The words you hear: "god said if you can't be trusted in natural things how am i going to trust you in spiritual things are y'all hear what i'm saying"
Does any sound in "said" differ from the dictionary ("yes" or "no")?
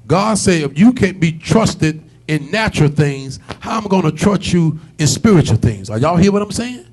yes